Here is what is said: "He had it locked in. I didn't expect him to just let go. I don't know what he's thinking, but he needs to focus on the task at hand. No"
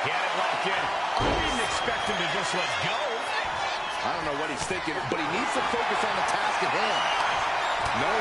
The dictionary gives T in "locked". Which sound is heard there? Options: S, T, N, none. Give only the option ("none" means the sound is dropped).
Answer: none